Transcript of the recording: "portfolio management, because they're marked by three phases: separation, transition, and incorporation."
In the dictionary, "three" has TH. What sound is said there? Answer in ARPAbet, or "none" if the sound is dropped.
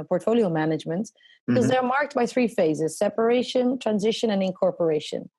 TH